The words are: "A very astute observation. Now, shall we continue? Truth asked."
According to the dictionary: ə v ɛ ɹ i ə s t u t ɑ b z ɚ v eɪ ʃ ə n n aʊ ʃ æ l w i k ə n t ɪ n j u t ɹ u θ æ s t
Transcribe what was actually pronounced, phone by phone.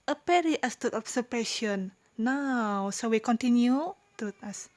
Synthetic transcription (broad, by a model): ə p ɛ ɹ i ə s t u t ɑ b s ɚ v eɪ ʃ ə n n aʊ s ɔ w i k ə n t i n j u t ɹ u t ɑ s